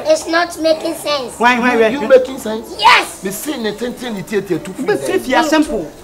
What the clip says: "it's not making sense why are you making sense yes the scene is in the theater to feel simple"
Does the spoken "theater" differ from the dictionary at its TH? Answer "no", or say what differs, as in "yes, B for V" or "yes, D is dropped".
yes, T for TH